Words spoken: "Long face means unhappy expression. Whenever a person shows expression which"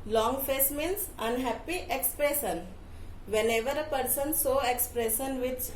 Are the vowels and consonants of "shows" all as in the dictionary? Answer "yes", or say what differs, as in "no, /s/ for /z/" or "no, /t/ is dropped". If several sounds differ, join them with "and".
no, /s/ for /ʃ/ and /z/ is dropped